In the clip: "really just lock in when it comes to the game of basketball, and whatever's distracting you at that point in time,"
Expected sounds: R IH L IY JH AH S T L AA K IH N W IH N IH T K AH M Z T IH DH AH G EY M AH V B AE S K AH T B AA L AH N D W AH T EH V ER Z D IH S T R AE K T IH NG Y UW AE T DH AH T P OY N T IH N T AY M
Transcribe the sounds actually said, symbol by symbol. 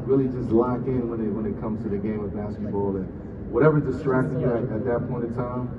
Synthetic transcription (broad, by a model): R IH L IY JH AH S T L AA K IH N W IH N IH T K AH M Z T IH DH AH G EY M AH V B AE S K AH T B AA L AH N W AH T EH V ER D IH S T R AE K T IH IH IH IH T DH AH T P OY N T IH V T AY M